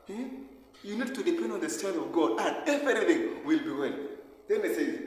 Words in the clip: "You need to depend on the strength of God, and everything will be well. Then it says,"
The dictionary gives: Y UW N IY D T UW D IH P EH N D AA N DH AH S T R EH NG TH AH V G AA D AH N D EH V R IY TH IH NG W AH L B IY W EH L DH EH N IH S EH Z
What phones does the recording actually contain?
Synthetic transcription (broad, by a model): Y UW N IY D T UW D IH P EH N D AA N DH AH S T EH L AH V G AA D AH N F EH R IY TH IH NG W AH L B IY W EH L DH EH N IH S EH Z